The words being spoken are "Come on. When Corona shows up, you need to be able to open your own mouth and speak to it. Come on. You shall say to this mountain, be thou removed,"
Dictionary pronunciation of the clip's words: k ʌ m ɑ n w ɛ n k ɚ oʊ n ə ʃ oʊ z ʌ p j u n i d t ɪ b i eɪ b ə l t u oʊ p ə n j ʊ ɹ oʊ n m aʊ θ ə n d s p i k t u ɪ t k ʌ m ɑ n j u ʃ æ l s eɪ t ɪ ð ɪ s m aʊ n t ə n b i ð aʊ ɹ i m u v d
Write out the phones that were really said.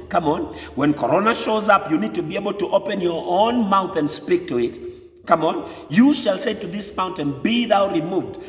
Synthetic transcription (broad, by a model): k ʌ m ɑ n w ɛ n k ɚ oʊ n ə ʃ oʊ z ʌ p j u n i d t ɪ b i eɪ b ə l t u oʊ p ə n j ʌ ɹ oʊ n m aʊ θ ə n d s p i k t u ɪ t k ʌ m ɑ n j u ʃ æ l s eɪ t ɪ ð ɪ s m aʊ n t ə n b i ð aʊ ɹ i m u v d